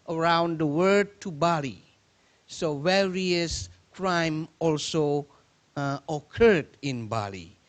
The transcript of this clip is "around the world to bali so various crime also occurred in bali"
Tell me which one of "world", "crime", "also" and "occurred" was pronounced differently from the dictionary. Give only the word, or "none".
world